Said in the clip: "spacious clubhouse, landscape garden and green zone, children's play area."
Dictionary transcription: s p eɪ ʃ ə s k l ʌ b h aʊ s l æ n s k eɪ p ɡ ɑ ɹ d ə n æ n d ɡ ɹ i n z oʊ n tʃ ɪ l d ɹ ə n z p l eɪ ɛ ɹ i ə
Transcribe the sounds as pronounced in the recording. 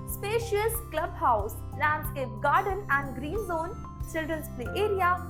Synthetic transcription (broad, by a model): s p eɪ ʃ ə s k l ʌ b h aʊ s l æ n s eɪ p ɡ ɑ ɹ d ə n æ n d ɡ ɹ i n z oʊ n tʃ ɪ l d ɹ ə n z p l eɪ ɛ ɹ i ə